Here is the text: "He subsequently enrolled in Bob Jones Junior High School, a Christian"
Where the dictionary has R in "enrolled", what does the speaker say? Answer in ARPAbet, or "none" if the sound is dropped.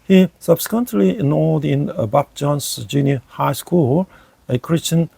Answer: none